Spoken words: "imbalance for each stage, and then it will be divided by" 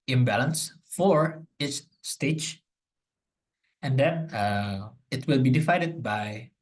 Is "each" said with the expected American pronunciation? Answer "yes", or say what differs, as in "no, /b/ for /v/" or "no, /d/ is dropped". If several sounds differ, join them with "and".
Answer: no, /s/ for /tʃ/